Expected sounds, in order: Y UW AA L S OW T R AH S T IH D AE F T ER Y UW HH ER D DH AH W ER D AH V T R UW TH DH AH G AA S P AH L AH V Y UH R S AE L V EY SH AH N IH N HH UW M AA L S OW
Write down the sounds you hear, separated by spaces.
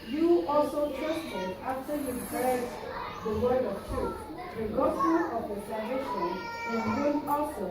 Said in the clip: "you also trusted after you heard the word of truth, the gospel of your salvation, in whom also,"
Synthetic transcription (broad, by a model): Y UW AA L S OW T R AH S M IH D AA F T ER Y UW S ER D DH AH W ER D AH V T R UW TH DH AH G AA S AH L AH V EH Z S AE V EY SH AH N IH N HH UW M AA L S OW